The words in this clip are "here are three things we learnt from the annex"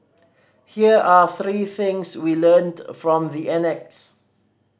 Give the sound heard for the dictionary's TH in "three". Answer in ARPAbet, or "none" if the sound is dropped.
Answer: TH